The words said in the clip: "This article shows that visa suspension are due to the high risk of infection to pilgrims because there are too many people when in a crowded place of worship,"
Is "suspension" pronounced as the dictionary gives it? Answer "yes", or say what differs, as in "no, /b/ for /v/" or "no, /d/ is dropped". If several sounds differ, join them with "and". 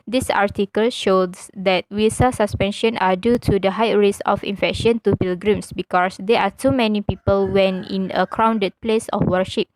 yes